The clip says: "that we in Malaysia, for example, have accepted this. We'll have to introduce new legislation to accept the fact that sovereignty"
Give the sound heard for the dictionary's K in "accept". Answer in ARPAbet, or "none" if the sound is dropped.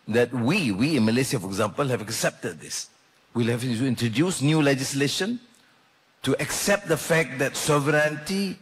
K